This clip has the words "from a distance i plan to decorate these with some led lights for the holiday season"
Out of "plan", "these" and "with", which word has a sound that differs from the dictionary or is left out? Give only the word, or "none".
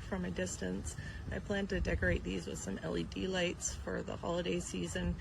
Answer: none